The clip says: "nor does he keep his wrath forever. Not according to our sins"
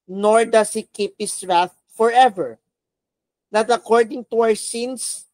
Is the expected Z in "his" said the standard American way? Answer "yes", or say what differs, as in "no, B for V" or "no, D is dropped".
no, S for Z